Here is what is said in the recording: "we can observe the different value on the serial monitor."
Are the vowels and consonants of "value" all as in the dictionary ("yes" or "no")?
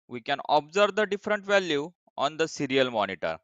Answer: yes